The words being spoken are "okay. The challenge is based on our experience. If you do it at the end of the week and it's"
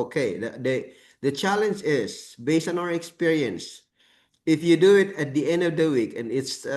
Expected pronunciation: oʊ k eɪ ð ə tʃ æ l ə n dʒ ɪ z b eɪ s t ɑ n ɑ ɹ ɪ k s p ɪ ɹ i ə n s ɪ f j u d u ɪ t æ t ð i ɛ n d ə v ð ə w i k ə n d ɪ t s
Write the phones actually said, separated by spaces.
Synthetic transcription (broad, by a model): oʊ k eɪ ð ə tʃ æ l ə n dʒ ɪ s b eɪ s t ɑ n ɑ ɹ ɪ k s p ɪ ɹ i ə n s ɪ f j u d u ɪ t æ t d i ɛ n d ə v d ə w i k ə n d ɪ t s